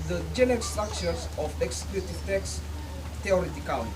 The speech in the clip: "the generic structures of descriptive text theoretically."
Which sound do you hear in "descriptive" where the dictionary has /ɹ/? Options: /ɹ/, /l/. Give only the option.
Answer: /l/